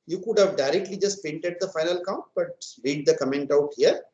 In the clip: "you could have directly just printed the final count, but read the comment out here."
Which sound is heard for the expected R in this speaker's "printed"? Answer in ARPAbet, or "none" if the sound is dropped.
none